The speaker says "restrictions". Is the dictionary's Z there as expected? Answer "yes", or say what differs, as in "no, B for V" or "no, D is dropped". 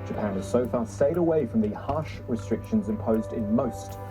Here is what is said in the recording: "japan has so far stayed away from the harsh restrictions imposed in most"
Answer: yes